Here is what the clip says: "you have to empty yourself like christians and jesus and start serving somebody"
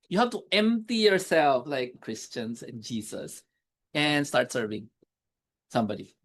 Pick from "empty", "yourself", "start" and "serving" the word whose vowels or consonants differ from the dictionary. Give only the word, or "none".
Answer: none